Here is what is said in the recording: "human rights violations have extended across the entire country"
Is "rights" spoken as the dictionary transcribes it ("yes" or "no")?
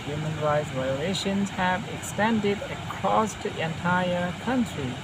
yes